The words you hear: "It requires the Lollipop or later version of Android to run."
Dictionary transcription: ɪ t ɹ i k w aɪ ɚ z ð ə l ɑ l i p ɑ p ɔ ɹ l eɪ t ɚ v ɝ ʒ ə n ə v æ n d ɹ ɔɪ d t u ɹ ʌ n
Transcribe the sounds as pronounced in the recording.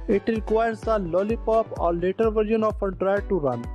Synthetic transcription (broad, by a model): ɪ t ɹ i k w aɪ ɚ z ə l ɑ l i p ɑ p ɔ ɹ l eɪ t ɚ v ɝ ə n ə f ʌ d ɹ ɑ t u ɹ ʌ n